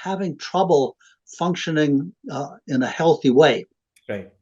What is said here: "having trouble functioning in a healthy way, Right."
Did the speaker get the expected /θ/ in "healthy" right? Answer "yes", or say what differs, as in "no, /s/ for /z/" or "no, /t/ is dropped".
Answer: yes